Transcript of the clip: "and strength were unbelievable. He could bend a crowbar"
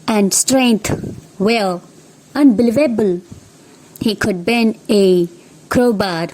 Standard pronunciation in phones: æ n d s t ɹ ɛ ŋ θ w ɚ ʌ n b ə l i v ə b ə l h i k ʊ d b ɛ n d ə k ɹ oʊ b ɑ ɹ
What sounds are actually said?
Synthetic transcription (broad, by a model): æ n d s t ɹ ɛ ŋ t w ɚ ʌ n b ə l i v ə b ə l h i k ʊ d b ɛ n ə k ɹ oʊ b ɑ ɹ